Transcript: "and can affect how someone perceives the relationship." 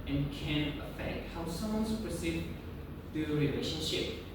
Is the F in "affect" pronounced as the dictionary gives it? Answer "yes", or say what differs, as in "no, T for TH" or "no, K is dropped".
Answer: yes